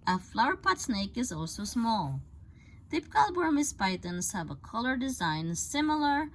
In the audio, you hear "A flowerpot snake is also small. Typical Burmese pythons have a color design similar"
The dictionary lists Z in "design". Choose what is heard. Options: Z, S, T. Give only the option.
Z